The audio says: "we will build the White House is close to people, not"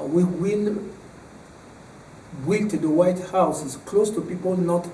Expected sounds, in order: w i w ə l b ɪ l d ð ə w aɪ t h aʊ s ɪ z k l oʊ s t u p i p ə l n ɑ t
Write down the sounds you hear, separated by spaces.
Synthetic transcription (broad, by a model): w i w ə n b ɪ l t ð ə w aɪ t h aʊ s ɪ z k l oʊ s t u p i p ə l n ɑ t